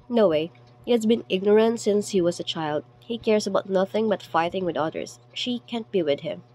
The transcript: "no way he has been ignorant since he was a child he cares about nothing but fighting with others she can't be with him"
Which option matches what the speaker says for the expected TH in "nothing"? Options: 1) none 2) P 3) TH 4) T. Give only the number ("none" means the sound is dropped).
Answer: 3